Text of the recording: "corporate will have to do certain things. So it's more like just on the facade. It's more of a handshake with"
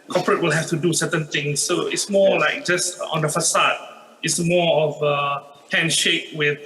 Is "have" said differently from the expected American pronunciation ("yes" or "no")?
yes